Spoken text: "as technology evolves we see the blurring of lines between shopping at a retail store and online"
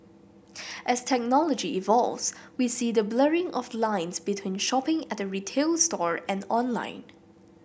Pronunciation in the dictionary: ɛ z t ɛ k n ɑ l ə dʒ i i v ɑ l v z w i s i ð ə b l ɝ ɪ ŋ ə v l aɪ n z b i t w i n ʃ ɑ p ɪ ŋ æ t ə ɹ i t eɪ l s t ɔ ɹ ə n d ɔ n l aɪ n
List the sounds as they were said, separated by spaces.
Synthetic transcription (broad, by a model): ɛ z t ɛ k n ɑ l ə dʒ i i v ɑ l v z w i s i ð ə b l ɝ ɪ ŋ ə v l aɪ n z b i t w i n ʃ ɑ p ɪ ŋ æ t ə ɹ i t eɪ l s t ɔ ɹ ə n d ɔ n l aɪ n